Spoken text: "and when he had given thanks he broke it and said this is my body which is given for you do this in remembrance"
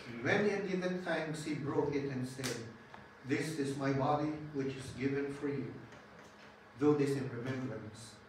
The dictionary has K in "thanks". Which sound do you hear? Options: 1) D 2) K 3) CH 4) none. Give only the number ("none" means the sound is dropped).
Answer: 4